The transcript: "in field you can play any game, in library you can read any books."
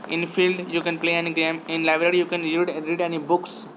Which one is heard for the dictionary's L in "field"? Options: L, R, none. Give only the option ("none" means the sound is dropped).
L